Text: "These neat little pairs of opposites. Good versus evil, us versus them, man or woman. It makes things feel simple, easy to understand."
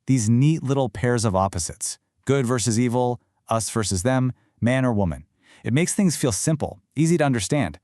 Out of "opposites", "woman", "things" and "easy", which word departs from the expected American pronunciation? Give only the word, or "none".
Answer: none